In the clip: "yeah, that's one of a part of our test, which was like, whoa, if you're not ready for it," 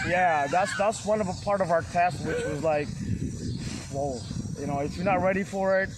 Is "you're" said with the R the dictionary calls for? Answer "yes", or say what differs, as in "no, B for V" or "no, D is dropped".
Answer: no, W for R